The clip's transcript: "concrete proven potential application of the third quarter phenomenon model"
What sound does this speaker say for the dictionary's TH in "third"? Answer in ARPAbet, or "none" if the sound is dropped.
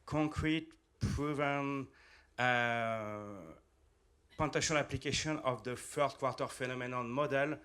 F